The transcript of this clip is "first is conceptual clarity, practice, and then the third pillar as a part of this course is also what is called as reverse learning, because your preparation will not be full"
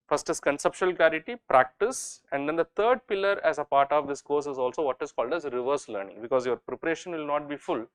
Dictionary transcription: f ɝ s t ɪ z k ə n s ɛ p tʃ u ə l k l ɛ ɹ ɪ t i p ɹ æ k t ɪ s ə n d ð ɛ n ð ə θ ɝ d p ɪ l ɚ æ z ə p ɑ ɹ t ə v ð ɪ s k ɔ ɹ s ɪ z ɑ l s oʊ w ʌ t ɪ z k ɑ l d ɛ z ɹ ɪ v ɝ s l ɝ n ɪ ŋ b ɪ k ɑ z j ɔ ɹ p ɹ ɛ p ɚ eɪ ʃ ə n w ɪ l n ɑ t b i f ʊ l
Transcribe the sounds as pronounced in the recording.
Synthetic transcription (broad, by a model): f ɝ s t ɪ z k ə n s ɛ p ʃ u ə l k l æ ɹ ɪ t i p ɹ æ k t ɪ s ə n d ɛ n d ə t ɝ d p ɪ l ɚ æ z ə p ɑ ɹ t ə v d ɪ s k ɔ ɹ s ɪ z ɑ l s oʊ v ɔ t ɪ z k ɑ l d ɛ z ɹ ɪ v ɝ s l ɝ n ɪ ŋ b ɪ k ɑ z j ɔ ɹ p ɹ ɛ p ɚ eɪ ʃ ə n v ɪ l n ɑ t b i f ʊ l